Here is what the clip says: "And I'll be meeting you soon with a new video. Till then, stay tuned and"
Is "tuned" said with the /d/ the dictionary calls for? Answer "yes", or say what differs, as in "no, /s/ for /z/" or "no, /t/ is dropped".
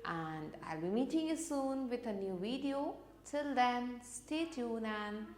no, /d/ is dropped